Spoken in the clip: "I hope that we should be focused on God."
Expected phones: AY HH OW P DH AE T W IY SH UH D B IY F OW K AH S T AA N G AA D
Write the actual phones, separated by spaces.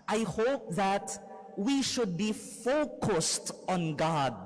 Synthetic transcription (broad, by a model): AY HH OW P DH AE T W IY SH UH D B IY F OW K AH S T AA N G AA D